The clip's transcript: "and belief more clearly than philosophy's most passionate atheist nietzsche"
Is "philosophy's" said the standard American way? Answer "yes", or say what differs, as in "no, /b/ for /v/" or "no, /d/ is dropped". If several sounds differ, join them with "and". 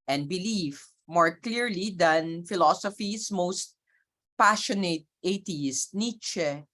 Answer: no, /s/ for /z/